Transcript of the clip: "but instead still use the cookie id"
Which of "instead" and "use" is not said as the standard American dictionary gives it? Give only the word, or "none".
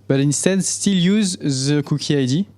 none